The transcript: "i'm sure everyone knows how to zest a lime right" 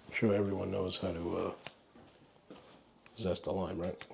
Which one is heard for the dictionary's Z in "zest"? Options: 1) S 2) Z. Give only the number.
2